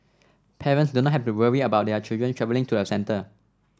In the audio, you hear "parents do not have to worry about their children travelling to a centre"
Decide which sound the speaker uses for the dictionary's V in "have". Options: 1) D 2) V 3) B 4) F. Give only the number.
4